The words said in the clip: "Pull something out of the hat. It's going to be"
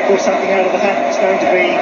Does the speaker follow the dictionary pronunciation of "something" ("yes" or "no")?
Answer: yes